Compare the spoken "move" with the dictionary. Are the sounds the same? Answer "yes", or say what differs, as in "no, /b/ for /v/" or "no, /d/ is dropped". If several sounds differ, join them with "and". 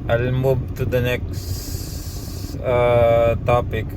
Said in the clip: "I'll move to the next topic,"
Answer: no, /b/ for /v/